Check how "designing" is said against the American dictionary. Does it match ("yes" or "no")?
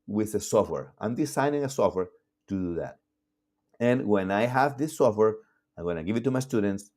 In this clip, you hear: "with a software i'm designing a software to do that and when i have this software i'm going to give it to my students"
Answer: no